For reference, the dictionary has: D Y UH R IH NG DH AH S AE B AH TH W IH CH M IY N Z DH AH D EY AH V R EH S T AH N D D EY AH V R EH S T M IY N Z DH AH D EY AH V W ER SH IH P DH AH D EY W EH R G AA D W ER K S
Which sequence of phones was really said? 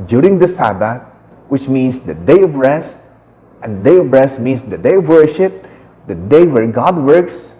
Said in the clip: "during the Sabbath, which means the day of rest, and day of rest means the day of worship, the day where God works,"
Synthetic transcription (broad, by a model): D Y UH R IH NG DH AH S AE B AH T W IH CH M IY N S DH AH D EY AH V R EH S T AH N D D EY AH V R EH S T M IY N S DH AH D EY AH V W ER SH IH P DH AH D EY W EH R G AA D W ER K S